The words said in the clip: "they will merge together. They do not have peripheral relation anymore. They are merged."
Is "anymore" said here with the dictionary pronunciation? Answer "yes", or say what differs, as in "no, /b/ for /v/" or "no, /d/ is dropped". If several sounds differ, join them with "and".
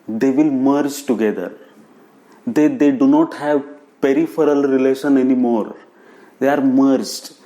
yes